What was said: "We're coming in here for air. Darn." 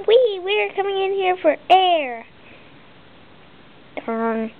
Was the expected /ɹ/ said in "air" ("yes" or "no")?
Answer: yes